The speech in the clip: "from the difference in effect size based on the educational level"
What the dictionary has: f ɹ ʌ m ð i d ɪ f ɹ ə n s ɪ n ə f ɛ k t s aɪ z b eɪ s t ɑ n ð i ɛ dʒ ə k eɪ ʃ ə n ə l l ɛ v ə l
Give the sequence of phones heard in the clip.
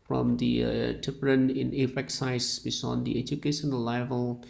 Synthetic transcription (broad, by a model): f ɹ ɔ m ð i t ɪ p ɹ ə n ɪ n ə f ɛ k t s aɪ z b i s ɑ n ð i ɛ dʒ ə k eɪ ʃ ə n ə l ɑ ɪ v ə l